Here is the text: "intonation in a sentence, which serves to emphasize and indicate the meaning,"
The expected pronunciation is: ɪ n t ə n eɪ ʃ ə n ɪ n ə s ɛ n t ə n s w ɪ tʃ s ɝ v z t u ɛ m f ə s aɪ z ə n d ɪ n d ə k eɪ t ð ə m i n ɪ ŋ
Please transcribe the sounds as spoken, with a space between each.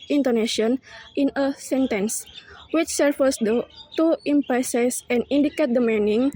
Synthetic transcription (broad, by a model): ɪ n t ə n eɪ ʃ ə n ɪ n ə s ɛ n t ə n s w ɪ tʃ s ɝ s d t u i m p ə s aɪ s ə n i n d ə k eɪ t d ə m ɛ n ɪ ŋ